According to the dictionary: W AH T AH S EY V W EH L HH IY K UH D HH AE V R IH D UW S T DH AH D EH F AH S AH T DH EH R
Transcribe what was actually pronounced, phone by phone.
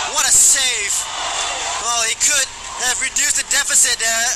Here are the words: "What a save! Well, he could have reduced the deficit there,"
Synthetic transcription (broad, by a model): W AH T AH S EY F W EH L HH IY K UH D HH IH V R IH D UW S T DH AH D EH F AH S AH T